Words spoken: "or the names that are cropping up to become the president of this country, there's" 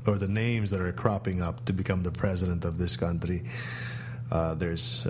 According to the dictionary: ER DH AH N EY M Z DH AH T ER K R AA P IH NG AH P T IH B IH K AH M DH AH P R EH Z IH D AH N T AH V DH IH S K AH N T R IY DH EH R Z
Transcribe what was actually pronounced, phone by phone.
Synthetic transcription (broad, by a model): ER DH AH N EY M Z DH AH T ER K R AA P IH NG AH P T IH B IH K AH M DH AH P R EH Z IH D AH N T AH V DH IH S K AH N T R IY DH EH R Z